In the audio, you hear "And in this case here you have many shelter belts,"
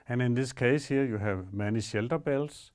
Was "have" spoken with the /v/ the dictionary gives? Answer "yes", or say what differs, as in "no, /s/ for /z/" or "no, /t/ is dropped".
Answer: yes